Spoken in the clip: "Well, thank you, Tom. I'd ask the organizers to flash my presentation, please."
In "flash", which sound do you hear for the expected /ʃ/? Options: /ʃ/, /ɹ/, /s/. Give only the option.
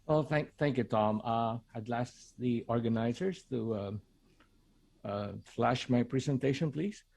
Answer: /ʃ/